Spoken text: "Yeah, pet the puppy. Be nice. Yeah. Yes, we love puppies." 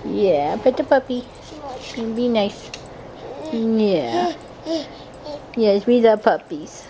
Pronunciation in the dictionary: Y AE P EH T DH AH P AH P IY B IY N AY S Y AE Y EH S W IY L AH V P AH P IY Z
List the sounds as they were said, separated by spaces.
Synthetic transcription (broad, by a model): Y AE B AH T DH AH P AH P IY B IY N AY S Y AE Y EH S W IY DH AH P AH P IY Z